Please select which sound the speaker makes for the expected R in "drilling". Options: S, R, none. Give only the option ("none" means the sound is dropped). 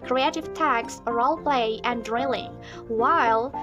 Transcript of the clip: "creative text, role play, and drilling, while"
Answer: R